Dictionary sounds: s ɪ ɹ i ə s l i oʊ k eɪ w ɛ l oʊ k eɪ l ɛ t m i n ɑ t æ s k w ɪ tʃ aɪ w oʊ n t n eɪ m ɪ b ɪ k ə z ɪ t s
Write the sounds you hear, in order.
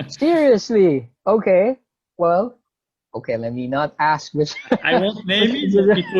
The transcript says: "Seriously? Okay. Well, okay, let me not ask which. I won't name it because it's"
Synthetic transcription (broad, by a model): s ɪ ɹ i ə s l i oʊ k eɪ w ɛ l oʊ k eɪ l ɛ t m i n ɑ t æ s k w ɪ tʃ aɪ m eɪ ɪ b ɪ ə